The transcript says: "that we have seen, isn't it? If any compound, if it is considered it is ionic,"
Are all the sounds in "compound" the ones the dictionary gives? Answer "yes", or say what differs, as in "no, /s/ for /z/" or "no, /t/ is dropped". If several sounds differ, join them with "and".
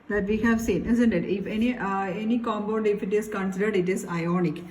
no, /b/ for /p/ and /n/ is dropped